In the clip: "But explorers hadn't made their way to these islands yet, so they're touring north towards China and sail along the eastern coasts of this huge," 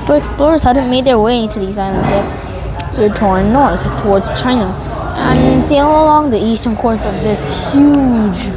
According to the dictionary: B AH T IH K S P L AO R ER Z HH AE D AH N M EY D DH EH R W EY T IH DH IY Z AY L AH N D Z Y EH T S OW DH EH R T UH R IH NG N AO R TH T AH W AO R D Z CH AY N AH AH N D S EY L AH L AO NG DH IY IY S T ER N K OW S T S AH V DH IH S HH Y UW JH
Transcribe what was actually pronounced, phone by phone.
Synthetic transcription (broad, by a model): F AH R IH K S P L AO R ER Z HH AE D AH N M EY D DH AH R W EY T IH DH IY Z AY L AH N D Z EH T S OW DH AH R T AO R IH N AO R TH T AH W AO R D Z CH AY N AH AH N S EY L AH L AO NG DH IY IY S T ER N K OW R S AH V DH IH S HH Y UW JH